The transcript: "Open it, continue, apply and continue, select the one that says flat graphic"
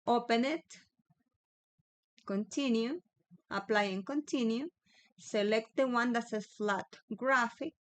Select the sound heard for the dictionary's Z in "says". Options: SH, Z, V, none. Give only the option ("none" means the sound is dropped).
none